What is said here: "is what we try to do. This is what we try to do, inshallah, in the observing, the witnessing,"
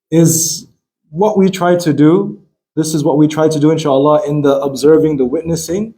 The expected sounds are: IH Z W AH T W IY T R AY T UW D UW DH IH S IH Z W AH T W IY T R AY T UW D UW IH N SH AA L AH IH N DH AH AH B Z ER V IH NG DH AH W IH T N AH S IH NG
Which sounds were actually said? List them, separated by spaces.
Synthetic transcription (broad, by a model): IH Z W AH T W IY T R AY T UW D UW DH IH S IH Z W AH T W IY T R AY T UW D UW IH N SH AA L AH IH N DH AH AH B Z ER V IH NG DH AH W IH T N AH S IH NG